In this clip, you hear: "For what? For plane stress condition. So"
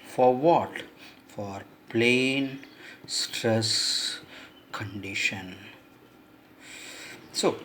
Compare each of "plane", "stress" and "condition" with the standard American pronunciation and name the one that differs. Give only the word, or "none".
none